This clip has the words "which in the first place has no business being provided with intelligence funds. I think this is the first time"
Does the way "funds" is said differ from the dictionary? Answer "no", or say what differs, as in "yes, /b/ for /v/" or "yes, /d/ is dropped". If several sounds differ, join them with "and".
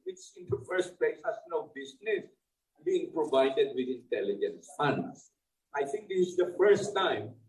yes, /s/ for /z/